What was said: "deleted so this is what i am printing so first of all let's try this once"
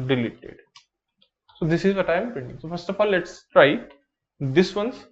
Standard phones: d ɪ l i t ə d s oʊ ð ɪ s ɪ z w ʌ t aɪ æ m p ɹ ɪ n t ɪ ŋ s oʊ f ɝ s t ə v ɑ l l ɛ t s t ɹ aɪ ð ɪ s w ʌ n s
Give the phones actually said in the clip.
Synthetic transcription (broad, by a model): d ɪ l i t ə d s oʊ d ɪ s ɪ z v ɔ t aɪ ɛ m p ɛ n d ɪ ŋ s oʊ f ɝ s t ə f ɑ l l ɛ t s t ɹ aɪ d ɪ s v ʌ n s